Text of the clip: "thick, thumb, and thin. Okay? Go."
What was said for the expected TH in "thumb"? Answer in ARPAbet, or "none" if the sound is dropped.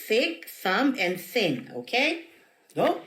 S